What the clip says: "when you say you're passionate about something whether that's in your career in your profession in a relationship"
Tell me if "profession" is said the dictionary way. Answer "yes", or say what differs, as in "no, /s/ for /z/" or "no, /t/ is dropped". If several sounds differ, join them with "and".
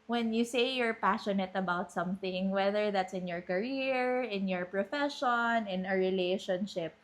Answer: yes